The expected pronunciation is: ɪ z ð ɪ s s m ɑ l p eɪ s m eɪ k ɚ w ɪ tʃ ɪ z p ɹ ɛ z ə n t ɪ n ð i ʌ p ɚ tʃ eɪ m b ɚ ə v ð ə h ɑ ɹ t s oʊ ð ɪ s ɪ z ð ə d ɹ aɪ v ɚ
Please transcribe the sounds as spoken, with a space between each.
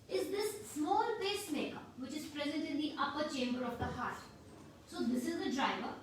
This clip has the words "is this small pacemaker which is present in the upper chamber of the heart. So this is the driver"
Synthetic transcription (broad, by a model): ɪ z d ɪ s s m ɑ l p eɪ s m eɪ k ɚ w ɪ tʃ ɪ z p ɹ ɛ z ə n t ɪ n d i ʌ p ɚ tʃ eɪ m b ɚ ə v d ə h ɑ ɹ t s oʊ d ɪ s ɪ z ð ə d ɹ aɪ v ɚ